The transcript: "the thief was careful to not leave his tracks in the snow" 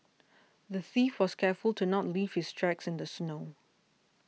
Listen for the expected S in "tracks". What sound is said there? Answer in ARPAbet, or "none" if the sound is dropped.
S